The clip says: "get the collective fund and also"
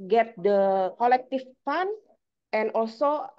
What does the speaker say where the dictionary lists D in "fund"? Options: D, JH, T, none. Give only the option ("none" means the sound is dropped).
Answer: none